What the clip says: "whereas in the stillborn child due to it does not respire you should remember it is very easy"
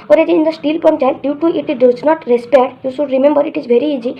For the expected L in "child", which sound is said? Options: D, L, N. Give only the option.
N